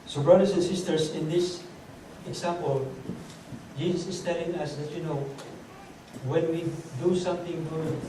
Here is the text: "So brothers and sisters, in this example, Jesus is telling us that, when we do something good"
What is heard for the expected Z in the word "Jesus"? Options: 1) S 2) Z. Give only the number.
1